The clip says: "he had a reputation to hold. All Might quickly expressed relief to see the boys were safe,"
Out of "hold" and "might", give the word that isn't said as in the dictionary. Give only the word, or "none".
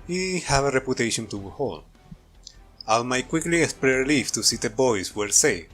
hold